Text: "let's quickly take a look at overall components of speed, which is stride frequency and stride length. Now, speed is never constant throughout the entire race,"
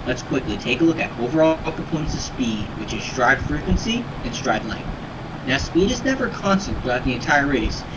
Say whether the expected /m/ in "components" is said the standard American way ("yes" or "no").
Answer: no